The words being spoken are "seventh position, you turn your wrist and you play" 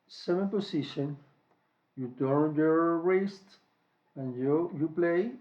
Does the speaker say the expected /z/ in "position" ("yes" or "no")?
no